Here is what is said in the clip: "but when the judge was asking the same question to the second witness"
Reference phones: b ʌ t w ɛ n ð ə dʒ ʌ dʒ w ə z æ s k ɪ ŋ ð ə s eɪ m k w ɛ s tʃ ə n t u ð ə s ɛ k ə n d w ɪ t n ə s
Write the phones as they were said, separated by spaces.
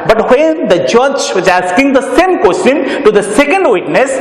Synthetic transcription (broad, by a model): b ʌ t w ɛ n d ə dʒ ʌ dʒ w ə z æ s k ɪ ŋ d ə s eɪ m k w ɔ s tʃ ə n t u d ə s ɛ k ə n d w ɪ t n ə s